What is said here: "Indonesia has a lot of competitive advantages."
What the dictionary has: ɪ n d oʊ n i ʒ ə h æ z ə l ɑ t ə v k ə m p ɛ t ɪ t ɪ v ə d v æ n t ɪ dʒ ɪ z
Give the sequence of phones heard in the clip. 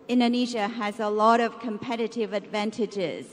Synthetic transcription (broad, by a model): ɪ n d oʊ n i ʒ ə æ z ə l ɑ t ə v k ə m p ɛ t ɪ t ɪ v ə d v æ n t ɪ dʒ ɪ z